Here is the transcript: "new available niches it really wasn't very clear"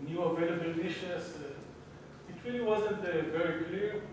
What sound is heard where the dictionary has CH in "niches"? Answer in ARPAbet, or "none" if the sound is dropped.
SH